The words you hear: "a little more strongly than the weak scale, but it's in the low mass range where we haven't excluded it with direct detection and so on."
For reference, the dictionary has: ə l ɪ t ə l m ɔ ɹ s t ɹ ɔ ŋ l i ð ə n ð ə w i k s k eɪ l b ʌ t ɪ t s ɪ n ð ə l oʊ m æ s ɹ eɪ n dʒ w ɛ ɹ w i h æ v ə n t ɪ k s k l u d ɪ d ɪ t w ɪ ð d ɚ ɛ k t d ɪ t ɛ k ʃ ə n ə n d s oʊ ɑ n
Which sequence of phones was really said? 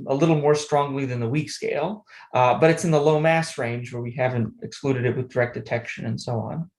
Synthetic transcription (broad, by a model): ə l ɪ t l m ɔ ɹ s t ɹ ɔ ŋ l i ð ə n ð ə w i k s k eɪ l b ʌ t ɪ t s ɪ n ð ə l oʊ m æ s ɹ eɪ n dʒ w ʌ ɹ w i h æ v ə n t ɪ k s k l u d ɪ d ɪ t w ɪ ð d ɚ ɛ k d ɪ t ɛ k ʃ ə n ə n s oʊ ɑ n